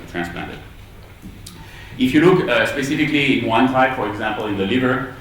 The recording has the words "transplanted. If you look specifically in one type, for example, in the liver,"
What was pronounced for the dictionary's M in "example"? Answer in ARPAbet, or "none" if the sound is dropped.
M